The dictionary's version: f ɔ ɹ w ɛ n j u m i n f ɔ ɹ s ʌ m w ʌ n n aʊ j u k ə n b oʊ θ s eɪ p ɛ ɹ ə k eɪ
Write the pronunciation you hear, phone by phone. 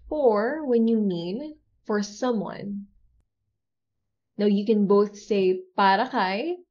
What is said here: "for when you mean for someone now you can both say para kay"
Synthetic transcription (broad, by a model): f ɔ ɹ w ɛ n j u m i n f ɔ ɹ s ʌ m w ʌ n n aʊ j u k ə n b oʊ θ s eɪ p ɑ ɹ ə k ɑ